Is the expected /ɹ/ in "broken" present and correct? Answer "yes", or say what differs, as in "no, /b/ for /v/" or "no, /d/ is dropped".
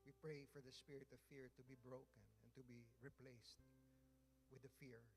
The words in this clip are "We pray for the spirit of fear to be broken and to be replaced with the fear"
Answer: yes